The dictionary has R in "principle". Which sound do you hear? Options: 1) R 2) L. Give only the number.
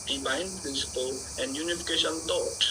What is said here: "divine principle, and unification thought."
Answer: 1